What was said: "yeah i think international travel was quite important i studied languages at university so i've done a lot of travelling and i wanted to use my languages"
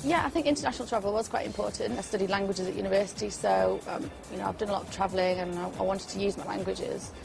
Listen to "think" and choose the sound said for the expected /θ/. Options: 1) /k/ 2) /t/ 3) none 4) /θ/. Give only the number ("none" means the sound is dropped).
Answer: 4